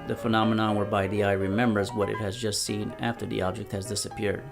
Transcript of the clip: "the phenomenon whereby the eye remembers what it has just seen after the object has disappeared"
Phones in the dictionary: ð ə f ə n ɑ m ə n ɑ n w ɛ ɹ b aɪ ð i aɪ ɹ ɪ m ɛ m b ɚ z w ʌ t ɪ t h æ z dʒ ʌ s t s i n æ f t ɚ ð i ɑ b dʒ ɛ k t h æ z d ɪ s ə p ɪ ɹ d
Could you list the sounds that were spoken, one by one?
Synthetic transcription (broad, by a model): ð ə f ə n ɑ m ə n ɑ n w ɛ ɹ b aɪ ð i aɪ ɹ ɪ m ɛ m b ɚ z w ʌ t ɪ t h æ z dʒ ʌ s t s i n æ f t ɚ ð i ɑ b dʒ ɛ k t h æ z d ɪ s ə p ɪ ɹ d